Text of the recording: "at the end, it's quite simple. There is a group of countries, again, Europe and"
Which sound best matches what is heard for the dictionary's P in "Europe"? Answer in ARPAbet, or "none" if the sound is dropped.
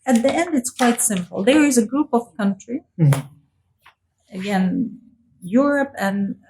P